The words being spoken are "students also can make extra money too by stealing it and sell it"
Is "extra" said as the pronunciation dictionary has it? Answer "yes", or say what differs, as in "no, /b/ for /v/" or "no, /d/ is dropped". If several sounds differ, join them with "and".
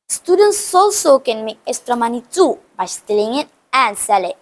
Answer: no, /k/ is dropped